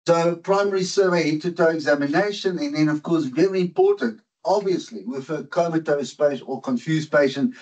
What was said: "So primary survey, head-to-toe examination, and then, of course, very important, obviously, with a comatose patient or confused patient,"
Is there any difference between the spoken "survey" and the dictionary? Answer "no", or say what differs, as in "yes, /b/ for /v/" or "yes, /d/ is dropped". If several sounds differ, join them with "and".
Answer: no